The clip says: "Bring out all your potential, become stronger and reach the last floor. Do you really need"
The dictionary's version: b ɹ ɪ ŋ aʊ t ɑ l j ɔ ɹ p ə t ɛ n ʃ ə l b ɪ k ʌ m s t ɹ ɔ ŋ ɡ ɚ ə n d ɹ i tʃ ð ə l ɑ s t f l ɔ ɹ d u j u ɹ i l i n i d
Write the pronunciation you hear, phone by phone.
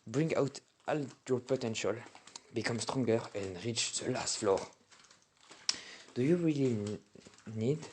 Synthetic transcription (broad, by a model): b ɹ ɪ ŋ aʊ t ɑ l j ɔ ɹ p ə t ɛ n ʃ ə l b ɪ k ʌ m s t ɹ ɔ ŋ ɡ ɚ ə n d ɹ i tʃ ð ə l ɑ s t f l ɔ ɹ d u j u ɹ i l i n i d